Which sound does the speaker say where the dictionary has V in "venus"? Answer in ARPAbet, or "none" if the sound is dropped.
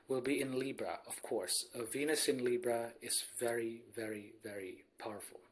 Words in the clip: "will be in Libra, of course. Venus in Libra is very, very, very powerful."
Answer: V